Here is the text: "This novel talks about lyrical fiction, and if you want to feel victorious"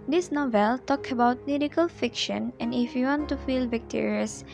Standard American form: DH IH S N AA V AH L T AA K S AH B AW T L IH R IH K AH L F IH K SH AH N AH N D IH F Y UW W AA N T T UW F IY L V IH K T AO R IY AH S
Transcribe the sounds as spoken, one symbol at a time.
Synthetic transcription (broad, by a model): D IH S N AA V AH L T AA K AH B AW T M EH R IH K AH L F IH K SH AH N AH N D IH F Y UW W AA N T T UW F IY L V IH K T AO R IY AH S